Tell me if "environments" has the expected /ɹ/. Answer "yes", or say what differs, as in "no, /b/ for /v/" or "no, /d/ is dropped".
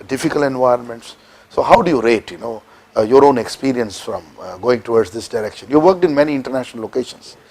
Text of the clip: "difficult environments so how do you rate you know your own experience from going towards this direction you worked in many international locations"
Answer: yes